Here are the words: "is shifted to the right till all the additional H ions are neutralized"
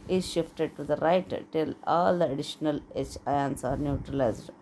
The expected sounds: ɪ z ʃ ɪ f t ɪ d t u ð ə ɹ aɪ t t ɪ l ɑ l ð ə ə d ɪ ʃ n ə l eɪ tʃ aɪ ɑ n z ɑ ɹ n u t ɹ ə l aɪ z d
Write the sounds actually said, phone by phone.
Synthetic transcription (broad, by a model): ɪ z ʃ ɪ f t ɪ d t u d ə ɹ aɪ t t ɪ l ɑ l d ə ə d ɪ ʃ n ə l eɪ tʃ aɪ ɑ n s ɑ ɹ n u t ɹ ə l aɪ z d